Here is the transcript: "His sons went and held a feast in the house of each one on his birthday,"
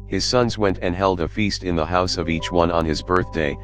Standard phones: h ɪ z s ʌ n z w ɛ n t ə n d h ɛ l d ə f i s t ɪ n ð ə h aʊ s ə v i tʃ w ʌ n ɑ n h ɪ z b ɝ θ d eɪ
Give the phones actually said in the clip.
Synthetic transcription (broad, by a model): h ɪ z s ʌ n z w ɛ n t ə n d h ɛ l d ə f i s t ɪ n ð ə h aʊ s ə v i tʃ w ʌ n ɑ n ɪ z b ɝ θ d eɪ